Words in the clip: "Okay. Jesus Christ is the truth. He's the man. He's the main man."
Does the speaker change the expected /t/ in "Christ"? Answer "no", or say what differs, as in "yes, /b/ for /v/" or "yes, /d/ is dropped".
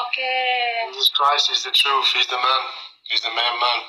yes, /t/ is dropped